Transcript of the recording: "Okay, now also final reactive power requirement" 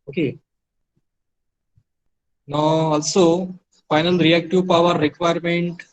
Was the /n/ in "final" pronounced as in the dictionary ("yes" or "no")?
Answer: yes